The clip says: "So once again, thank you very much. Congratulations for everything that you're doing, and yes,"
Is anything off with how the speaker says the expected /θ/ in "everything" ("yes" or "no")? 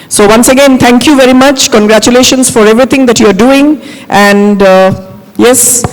yes